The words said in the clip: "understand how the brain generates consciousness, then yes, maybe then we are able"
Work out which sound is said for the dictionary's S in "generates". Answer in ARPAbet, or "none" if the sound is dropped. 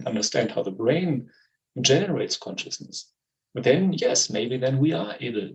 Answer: S